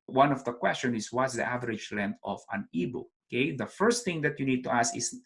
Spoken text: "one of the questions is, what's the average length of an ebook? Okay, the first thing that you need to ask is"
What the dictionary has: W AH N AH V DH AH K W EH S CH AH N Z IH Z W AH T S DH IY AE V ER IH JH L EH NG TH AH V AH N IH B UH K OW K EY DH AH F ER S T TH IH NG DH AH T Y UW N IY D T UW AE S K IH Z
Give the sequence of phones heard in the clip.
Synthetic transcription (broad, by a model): W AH N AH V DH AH K W EH S CH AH N IH S W AH T S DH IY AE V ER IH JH L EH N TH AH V AH N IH B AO OW K EY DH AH F ER S T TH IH NG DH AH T Y UW N IY D T UW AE S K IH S